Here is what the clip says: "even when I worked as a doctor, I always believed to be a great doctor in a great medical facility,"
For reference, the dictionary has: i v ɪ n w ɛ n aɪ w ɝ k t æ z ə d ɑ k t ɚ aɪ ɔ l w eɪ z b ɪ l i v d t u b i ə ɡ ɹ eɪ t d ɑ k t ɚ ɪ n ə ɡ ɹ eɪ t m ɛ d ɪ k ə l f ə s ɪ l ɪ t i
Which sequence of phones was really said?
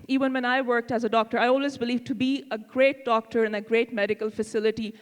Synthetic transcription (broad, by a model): i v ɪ n w ɛ n aɪ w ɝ k t æ z ə d ɑ k t ɚ aɪ ɔ l w eɪ z b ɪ l i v t u b i ə ɡ ɹ eɪ t d ɑ k t ɚ ɪ n ə ɡ ɹ eɪ t m ɛ d ɪ k ə l f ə s ɪ l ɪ t i